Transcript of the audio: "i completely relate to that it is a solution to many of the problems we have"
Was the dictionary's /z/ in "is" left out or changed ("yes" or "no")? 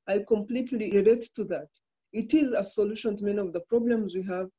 no